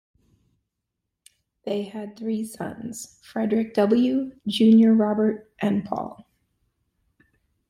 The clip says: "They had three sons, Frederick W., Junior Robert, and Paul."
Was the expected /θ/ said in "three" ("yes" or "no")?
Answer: yes